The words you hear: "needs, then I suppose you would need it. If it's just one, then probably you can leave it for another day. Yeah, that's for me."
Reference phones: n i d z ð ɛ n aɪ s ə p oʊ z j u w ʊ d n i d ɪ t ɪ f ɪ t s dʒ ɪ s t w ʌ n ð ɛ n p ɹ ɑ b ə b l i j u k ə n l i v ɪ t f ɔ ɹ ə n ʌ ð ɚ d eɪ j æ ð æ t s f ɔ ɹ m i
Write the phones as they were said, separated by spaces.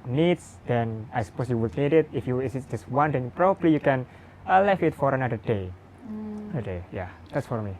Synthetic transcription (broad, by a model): n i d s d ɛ n aɪ s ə p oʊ s j u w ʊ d n i d ɪ t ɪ f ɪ s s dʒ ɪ s w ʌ n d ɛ n p ɹ ɑ b ə b l i j u k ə n l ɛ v ɪ t f ɔ ɹ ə n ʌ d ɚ d eɪ j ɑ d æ t s f ɔ ɹ m i